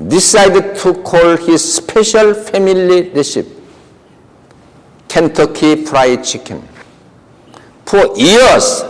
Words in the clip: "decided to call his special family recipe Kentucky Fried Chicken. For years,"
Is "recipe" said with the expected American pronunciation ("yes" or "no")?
no